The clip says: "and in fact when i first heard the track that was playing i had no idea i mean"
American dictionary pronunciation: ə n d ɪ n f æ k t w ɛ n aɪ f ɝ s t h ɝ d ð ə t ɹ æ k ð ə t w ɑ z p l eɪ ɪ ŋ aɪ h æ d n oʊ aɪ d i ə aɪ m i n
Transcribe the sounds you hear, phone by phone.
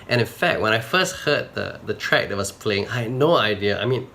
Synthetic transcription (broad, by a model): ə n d ɪ n f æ k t w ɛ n aɪ f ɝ s t h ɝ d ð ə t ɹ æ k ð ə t w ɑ s p l eɪ ɪ ŋ aɪ h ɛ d n oʊ aɪ d i ə aɪ m i n